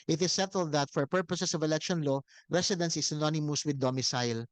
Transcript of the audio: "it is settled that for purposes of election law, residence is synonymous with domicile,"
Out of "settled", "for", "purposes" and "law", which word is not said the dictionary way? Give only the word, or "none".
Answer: purposes